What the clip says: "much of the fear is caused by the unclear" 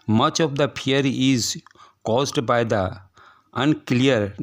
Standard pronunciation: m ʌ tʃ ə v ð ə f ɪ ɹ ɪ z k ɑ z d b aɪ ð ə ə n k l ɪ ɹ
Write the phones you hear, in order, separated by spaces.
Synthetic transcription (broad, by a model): m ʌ tʃ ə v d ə p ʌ ɹ ɪ z k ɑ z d b aɪ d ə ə n k l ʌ ɹ